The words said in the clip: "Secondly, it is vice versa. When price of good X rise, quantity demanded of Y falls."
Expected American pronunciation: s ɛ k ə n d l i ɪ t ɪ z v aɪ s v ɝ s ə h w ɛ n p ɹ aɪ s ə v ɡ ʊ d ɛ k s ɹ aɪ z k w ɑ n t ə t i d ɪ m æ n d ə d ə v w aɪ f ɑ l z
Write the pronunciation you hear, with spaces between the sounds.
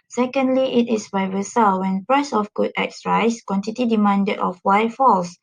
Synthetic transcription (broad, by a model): s ɛ k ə n d l i ɪ t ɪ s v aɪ v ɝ s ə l w ɛ n p ɹ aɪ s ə f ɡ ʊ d ɛ k s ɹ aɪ s k w ɑ n t ə t i d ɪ m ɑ n d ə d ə f w aɪ f ɑ l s